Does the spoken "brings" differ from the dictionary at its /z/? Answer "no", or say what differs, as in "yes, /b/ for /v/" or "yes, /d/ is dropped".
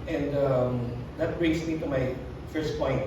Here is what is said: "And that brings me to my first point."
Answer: yes, /s/ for /z/